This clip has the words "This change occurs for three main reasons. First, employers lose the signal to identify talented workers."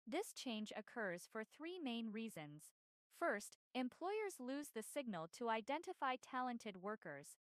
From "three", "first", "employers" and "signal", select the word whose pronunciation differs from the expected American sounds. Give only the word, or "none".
none